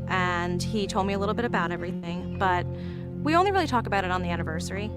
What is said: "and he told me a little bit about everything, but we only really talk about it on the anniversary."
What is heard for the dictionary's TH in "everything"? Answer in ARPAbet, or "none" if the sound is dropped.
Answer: TH